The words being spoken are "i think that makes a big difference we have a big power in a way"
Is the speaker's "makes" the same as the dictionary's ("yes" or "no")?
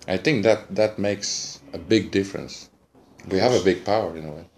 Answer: yes